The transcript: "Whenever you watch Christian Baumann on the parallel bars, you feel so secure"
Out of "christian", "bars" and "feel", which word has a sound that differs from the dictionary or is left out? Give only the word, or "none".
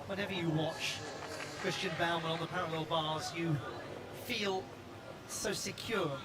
none